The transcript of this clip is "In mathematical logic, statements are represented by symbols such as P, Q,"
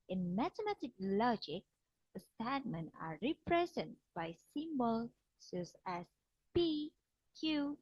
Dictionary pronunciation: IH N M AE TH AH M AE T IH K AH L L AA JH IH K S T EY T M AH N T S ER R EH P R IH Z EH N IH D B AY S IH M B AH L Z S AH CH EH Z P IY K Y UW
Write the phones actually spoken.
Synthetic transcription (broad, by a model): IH N M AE T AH M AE T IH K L L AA JH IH K S T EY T M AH N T AA R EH P R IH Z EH N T B AY S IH M B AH L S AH S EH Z P IY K Y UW